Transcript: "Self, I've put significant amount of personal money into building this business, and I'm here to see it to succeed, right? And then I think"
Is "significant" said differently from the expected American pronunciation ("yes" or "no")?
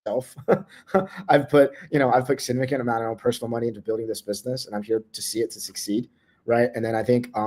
yes